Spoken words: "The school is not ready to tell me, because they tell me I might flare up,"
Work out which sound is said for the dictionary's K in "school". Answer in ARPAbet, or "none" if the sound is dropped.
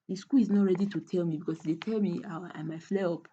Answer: K